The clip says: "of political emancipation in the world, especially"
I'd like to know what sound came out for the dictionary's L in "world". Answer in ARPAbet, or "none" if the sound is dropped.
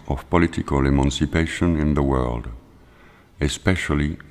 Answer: L